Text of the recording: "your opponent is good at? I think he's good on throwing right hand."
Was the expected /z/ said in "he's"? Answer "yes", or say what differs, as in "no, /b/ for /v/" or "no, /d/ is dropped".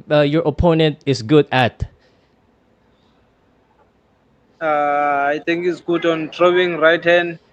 no, /s/ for /z/